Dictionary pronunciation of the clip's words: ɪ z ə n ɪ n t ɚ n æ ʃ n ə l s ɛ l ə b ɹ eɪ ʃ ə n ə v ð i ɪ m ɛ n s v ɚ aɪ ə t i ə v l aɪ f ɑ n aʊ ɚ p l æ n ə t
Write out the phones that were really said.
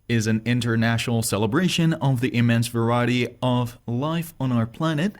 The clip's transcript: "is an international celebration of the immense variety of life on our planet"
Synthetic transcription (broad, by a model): ɪ z ə n ɪ n t ɚ n æ ʃ n l s ɛ l ə b ɹ eɪ ʃ ə n ə v ð i ɪ m ɛ n s v ɚ aɪ ə t i ə v l aɪ f n aʊ ɚ p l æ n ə t